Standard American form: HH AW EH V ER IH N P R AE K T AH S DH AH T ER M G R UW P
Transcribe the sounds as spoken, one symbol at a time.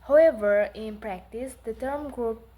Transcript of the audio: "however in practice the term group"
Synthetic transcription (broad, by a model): HH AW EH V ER IH N P R AE K T AH S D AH T ER M G R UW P